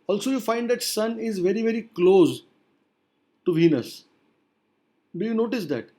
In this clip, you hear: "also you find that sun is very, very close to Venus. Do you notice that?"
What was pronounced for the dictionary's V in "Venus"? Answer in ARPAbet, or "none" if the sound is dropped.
V